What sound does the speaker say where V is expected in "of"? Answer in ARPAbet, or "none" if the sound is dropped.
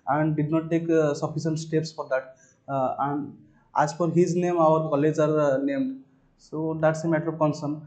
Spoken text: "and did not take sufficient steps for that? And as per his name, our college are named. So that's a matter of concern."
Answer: B